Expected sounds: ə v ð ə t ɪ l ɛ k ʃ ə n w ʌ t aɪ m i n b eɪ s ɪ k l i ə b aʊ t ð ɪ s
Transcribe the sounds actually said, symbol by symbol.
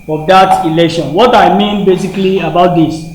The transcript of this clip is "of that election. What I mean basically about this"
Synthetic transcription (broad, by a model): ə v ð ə t ɪ l ɛ k ʃ ə n w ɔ t aɪ m i n b eɪ s ɪ k l i ə b aʊ t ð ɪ s